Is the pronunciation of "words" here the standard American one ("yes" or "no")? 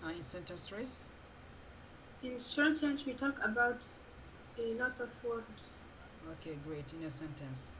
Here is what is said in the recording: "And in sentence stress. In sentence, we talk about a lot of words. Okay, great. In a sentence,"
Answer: no